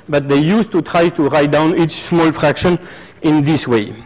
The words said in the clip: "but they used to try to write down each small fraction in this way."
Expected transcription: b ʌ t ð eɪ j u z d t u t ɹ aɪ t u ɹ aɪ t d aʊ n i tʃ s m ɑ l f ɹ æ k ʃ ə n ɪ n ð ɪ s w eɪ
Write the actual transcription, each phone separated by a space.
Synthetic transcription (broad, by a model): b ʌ t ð eɪ j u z t u t ɹ aɪ t u ɹ aɪ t d aʊ n i tʃ s m ɑ l f ɹ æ k ʃ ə n ɪ n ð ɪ s w eɪ